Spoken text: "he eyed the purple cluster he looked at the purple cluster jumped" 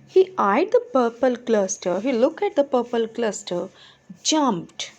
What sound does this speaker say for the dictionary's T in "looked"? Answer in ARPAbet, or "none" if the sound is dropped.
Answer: none